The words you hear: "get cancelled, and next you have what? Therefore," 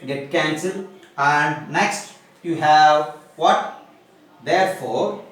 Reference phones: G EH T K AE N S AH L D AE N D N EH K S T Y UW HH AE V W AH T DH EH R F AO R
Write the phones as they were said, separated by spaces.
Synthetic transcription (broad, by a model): G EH T K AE N S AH L AE N D N EH K S T Y UW HH AE V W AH T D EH R F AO R